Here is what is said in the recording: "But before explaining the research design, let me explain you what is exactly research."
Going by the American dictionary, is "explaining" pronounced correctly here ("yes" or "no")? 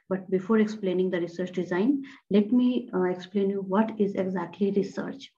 yes